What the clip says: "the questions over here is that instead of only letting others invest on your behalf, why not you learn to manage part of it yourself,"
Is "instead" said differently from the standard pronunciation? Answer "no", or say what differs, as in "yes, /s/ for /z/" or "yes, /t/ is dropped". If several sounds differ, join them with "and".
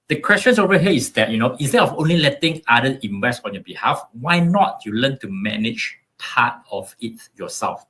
yes, /d/ is dropped